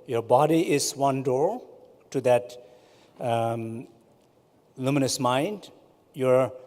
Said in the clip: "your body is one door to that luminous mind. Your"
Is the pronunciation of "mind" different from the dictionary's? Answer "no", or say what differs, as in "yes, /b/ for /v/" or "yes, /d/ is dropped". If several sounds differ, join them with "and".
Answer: no